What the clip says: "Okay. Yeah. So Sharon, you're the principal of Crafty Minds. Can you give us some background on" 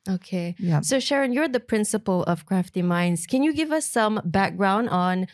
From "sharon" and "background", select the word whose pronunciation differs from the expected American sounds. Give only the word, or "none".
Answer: none